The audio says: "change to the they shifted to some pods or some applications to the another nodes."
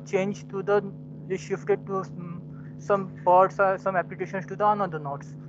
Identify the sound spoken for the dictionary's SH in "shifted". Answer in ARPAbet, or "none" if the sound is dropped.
SH